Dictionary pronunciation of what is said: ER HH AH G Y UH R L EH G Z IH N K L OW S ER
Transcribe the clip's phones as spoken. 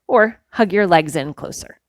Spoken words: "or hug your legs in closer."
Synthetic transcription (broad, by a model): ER HH AH G Y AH R L EH G Z IH N K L OW S ER